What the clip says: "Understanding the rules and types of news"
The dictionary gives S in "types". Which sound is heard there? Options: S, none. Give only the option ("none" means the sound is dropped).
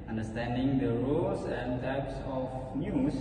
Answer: S